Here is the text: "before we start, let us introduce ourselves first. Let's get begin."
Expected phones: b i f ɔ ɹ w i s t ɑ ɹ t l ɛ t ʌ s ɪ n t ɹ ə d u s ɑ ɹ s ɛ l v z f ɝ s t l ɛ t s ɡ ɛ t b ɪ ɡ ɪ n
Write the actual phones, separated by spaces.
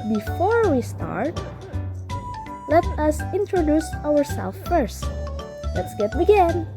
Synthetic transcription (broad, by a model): b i f ɔ ɹ w i s t ɑ ɹ t l ɛ t ʌ s ɪ n t ɹ ə d u s ɑ ɹ s ɛ l f ɝ s t l ɛ t s ɡ ɛ t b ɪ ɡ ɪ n